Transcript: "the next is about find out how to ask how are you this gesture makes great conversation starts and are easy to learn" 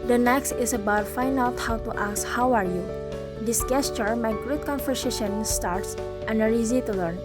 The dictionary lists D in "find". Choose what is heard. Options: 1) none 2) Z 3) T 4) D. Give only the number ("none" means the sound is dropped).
1